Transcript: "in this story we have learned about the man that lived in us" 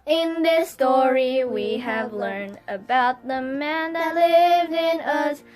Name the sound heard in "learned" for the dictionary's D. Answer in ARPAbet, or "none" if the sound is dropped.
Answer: D